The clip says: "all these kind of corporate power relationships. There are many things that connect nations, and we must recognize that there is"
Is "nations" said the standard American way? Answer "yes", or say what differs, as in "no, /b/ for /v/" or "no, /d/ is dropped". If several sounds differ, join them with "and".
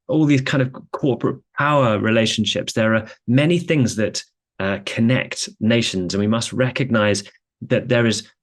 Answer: yes